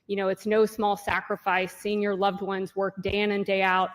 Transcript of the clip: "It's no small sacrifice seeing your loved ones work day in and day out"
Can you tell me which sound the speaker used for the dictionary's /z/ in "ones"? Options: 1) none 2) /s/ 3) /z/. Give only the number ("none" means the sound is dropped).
3